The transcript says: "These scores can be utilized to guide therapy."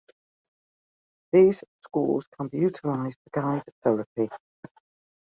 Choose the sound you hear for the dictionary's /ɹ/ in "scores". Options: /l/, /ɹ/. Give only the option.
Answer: /l/